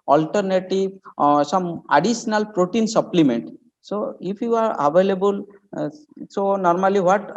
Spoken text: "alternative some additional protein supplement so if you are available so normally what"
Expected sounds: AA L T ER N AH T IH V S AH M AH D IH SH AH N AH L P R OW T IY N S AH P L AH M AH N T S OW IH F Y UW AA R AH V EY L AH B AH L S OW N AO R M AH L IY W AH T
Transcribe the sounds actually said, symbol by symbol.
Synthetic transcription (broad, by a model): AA L T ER N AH T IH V S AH M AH D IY S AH N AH L P R OW T IY N S AH P L AH M AH N T S OW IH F Y UW AA R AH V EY L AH B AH L S OW N AO R M AH L IY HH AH T